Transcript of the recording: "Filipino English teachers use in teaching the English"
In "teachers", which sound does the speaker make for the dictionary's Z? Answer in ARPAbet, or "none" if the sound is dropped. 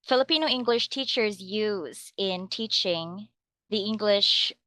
Z